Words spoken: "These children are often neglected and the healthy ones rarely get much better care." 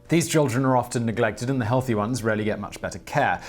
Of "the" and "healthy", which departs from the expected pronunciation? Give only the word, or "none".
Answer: none